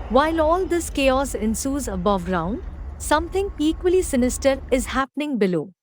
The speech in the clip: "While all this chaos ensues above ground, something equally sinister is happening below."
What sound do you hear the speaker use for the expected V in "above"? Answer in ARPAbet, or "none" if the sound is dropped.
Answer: V